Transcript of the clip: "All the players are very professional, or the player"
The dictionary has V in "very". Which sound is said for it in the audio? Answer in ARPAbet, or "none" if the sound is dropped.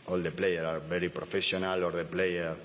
B